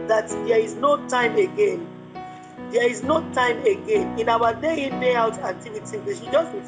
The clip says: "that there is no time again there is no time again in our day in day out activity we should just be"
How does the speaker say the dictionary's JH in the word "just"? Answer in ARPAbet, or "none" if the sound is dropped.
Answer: JH